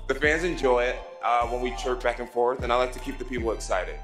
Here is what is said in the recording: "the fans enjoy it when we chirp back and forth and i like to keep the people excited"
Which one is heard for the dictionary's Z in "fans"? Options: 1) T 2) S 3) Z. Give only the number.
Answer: 3